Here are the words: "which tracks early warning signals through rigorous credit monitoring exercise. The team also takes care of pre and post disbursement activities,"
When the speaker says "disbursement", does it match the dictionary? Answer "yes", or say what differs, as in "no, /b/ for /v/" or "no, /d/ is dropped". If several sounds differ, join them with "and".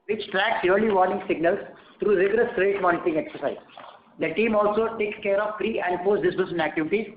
no, /m/ is dropped and /t/ is dropped